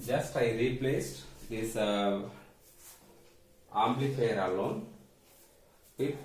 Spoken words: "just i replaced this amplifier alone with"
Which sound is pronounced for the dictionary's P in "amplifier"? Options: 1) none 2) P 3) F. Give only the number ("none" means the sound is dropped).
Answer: 1